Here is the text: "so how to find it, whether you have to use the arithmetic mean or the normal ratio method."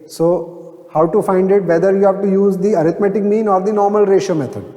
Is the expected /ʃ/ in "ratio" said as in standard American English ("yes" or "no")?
yes